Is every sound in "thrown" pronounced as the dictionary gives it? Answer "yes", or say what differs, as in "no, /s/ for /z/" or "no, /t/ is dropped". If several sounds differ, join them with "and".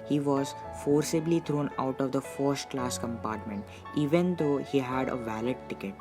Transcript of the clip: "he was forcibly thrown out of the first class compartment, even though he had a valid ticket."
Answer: no, /t/ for /θ/